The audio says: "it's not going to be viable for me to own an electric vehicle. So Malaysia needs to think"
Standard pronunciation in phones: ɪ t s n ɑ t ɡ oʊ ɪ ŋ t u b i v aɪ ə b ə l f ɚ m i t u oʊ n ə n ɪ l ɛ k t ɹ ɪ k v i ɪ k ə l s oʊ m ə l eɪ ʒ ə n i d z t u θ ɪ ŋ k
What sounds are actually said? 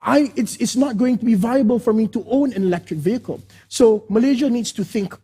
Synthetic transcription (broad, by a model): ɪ t s n ɑ t ɡ oʊ ɪ ŋ t u b i v aɪ ə b ə l f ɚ m i t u oʊ n ə n ɪ l ɛ k t ɹ ɪ k v i ɪ k ə l s oʊ m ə l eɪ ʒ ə n i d s t u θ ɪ ŋ k